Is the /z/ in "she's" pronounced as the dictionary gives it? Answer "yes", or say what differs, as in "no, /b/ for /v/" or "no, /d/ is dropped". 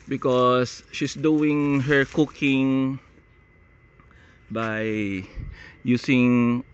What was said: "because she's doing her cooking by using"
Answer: no, /s/ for /z/